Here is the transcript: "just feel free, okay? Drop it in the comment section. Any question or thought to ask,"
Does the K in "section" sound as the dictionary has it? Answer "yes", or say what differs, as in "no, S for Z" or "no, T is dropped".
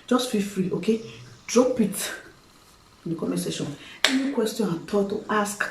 no, K is dropped